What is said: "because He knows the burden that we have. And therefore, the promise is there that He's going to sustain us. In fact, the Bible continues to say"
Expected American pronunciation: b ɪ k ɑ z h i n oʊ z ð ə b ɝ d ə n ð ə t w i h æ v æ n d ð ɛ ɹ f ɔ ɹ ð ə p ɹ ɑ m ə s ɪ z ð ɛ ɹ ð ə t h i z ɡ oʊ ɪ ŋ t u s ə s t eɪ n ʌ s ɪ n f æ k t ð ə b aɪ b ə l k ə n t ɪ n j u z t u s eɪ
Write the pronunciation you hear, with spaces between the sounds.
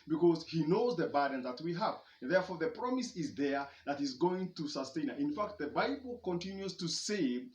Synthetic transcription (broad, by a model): b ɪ k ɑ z h i n oʊ z ð ə b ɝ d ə n ð ə t w i h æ v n ð ɛ ɹ f ɔ ɹ ð ə p ɹ ɑ m ə s ɪ z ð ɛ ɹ ð ə t h i z ɡ oʊ ɪ ŋ t u s ə s t eɪ n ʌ ɪ n f æ k t ð ə b aɪ b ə l k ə n t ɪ n j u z t u s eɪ